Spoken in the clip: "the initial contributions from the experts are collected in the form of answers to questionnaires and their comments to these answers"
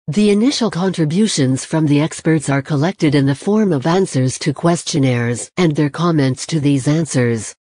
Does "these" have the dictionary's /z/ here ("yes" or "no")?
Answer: yes